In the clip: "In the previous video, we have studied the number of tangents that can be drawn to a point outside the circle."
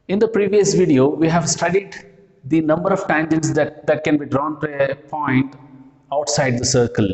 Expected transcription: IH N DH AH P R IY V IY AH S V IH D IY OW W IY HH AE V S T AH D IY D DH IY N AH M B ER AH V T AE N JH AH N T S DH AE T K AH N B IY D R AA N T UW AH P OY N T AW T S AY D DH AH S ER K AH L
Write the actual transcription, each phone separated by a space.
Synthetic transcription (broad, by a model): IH N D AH P R IY V IY AH S V IH D IY OW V IY HH AE V S T AH D IY D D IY N AH M B ER AH V T AE N JH AH N T S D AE T K AH N B IY D R AA N T UW AH P OY N T AW T S AY D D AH S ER K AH L